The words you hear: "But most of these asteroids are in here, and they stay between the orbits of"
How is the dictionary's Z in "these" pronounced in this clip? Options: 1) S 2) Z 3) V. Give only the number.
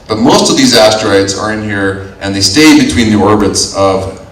2